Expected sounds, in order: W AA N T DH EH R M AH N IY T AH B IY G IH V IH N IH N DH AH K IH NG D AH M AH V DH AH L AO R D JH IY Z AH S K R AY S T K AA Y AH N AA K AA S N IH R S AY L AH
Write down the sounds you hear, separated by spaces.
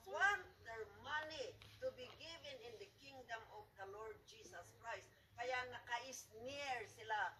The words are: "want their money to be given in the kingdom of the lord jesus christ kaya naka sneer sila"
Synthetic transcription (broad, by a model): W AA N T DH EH R M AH N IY T AH B IY G IH V IH N IH N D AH K IH NG D AH M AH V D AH L AO R D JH IY S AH S K R AY S T K AA Y AH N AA K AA S N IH R S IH L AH